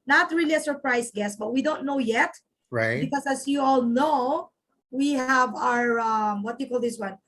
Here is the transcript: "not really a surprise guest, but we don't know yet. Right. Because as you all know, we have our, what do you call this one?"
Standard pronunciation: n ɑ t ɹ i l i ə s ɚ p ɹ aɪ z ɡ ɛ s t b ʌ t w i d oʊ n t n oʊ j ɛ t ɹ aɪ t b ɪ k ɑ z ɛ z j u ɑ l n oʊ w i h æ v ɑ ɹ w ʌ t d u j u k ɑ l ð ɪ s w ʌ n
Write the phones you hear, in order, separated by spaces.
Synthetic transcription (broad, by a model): n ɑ t ɹ i l i ə s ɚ p ɹ aɪ s ɡ ɛ s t b ʌ t w i d oʊ n t n oʊ j ɛ t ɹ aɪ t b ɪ k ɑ s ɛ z j u ɑ l n oʊ w i h æ v ɑ ɹ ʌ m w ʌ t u k ɑ l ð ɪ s w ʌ n